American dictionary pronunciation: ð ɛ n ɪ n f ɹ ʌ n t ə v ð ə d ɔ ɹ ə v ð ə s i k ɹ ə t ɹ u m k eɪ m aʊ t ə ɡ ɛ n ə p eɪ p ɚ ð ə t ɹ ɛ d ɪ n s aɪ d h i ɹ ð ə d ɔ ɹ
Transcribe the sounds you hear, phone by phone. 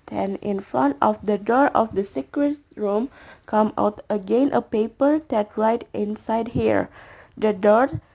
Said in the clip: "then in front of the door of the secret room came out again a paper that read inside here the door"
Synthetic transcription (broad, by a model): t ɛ n ɪ n f ɹ ʌ n t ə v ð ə d ɔ ɹ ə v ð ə s i k ɹ ə t ɹ u m k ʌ m aʊ t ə ɡ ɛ n ə p eɪ p ɚ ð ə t ɹ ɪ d ɪ n s aɪ d h i ɹ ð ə d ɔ ɹ